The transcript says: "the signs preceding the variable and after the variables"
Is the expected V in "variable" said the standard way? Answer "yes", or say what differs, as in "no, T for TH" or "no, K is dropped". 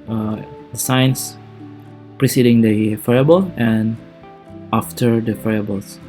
no, F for V